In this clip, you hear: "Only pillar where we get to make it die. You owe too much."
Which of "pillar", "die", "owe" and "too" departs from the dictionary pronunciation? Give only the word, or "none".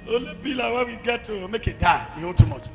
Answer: pillar